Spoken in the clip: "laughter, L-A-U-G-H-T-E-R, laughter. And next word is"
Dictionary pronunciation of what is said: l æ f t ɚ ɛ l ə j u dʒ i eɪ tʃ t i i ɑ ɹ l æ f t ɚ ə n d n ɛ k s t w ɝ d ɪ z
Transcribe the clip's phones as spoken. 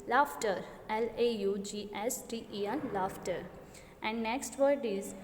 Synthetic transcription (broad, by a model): l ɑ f t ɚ ɛ l ə j u dʒ i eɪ s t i i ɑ l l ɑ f t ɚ ə n d n ɛ k s t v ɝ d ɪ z